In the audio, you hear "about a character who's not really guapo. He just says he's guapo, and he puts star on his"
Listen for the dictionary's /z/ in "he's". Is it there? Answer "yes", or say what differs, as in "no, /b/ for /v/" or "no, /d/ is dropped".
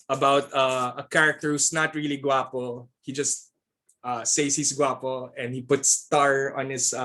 no, /s/ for /z/